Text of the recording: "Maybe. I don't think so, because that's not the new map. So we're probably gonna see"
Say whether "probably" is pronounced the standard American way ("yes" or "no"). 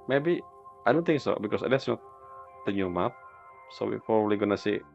no